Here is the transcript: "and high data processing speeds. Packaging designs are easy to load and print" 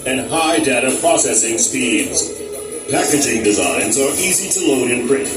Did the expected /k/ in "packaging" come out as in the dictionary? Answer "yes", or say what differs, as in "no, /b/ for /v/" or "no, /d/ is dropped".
yes